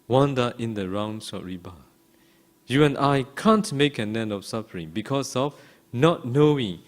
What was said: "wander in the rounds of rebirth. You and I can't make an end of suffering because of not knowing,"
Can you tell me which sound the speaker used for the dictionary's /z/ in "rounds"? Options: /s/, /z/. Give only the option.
/s/